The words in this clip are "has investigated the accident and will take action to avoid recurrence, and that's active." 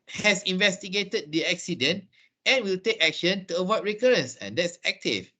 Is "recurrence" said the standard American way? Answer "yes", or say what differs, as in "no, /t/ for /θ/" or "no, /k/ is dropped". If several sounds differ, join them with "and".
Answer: yes